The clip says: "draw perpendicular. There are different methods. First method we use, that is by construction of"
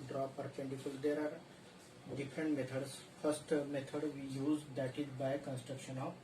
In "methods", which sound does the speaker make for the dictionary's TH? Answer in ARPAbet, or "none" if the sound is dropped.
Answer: T